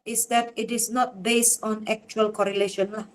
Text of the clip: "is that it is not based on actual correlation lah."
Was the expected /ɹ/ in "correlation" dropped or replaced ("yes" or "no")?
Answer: no